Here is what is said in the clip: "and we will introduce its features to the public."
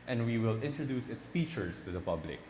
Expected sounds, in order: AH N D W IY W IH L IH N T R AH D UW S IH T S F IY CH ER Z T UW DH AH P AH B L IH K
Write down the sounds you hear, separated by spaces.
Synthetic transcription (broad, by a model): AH N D W IY W IH L IH N T R AH D UW S IH T S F IY CH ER S T UW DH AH P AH B L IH K